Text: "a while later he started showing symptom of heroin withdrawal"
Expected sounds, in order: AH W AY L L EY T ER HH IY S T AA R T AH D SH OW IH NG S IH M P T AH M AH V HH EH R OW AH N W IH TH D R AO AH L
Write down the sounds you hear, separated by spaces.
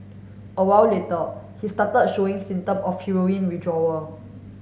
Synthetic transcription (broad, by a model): AH W AY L L EY T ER HH IY S T AA T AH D SH OW IH NG S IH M T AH M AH F HH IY R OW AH N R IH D R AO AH